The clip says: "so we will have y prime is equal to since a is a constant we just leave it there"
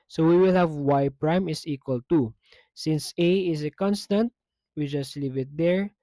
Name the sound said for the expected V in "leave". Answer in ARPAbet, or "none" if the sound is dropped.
V